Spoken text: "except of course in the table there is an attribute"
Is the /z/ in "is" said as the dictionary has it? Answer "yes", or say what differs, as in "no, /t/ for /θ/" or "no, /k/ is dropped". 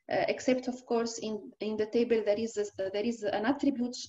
yes